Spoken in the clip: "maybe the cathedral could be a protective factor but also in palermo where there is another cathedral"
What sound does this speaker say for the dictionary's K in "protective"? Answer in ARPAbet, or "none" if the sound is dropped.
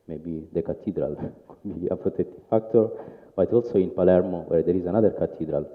none